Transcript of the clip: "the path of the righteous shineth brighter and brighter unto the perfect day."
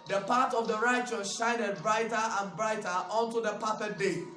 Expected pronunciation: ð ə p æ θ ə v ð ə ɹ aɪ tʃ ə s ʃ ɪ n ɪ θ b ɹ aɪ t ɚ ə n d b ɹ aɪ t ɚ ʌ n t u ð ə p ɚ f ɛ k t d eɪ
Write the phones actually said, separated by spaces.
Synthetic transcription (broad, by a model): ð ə p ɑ t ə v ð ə ɹ aɪ tʃ ə s ʃ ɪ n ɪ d b ɹ aɪ t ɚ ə n b ɹ aɪ t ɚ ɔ n t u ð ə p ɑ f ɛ t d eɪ